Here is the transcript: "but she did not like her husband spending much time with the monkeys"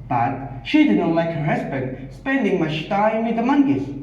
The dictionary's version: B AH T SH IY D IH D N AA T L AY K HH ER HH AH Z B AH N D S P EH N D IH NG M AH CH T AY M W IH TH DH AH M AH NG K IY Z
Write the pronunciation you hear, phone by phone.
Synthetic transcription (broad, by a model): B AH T SH IY D IH D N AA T L AY K HH ER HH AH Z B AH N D S P EH N D IH NG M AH SH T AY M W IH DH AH M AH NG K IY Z